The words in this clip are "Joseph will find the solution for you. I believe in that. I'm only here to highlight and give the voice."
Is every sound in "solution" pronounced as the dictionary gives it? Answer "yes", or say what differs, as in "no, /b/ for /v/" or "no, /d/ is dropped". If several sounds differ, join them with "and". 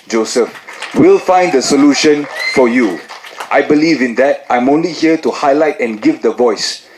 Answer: yes